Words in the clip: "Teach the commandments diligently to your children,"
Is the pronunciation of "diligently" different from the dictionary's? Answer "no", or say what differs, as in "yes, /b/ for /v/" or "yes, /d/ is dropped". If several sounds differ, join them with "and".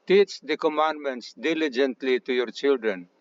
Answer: no